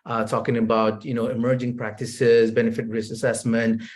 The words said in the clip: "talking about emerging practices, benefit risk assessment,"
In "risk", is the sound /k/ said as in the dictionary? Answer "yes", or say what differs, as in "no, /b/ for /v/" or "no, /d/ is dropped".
no, /k/ is dropped